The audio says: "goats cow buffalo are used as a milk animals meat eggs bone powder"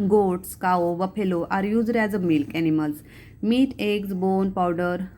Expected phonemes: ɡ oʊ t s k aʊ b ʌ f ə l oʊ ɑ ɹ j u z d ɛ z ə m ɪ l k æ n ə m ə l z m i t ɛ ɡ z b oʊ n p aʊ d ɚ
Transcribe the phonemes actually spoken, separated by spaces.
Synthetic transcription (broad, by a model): ɡ oʊ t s k aʊ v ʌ p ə l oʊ ɑ ɹ j u z d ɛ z ə m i l k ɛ n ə m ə l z m i t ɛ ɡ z b oʊ n p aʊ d ɚ